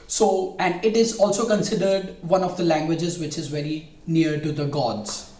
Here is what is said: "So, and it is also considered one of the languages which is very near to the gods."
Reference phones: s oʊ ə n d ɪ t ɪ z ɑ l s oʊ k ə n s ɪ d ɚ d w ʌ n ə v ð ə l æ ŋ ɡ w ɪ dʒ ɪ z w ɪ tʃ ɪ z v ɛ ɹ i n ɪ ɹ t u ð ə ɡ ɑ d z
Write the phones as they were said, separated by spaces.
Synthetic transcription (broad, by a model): s oʊ ə n d ɪ t ɪ z ɑ l s oʊ k ə n s ɪ d ɚ d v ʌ n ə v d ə l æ ŋ ɡ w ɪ dʒ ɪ z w ɪ tʃ ɪ z v ɛ ɹ i n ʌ ɹ t u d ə ɡ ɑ d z